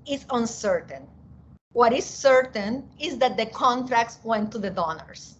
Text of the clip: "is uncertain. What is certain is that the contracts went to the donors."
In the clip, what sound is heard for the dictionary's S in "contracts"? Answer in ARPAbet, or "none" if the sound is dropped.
S